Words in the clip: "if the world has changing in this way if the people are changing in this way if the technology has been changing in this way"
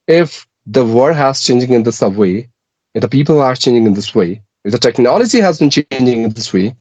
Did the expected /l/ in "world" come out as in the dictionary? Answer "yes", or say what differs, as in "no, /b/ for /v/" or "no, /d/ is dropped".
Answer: no, /l/ is dropped